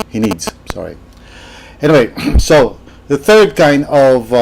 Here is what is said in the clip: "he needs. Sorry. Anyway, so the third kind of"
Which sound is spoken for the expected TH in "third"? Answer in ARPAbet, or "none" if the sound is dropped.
TH